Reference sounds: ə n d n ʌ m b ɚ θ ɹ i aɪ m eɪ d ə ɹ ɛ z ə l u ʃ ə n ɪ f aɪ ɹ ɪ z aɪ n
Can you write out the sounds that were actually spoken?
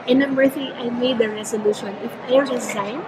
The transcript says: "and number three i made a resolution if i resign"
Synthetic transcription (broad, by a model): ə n n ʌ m ɚ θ i aɪ m eɪ d ə ɹ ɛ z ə l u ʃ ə n ɪ f aɪ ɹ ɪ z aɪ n